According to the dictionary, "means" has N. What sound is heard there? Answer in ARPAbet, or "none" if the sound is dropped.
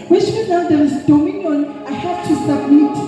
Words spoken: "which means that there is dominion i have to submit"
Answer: none